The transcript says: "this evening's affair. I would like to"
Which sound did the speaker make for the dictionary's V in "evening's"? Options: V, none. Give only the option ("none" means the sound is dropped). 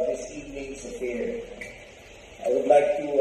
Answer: none